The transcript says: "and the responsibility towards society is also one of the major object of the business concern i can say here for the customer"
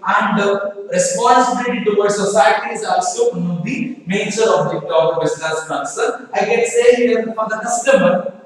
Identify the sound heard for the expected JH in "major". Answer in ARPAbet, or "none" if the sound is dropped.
CH